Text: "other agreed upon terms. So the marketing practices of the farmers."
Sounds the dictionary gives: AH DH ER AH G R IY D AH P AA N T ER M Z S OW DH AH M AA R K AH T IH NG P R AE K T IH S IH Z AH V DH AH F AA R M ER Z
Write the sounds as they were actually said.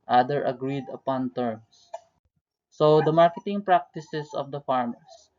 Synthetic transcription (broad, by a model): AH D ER AH G R IY D AH P AA N T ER M S OW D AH M AA R K AH T IH NG P R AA K T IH S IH S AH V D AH F AA R M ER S